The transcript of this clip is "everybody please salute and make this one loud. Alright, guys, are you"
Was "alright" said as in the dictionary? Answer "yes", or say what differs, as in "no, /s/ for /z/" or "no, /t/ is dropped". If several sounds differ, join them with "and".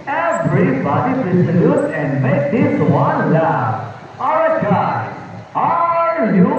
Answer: no, /l/ is dropped